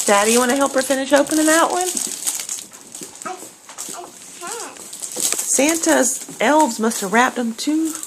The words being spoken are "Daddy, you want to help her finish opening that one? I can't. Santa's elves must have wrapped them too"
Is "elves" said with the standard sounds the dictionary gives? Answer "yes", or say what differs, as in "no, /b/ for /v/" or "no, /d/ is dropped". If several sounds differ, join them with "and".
yes